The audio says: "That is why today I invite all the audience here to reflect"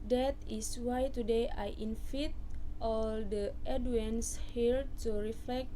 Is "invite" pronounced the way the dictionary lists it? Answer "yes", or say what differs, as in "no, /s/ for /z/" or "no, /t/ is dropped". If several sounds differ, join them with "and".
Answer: no, /f/ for /v/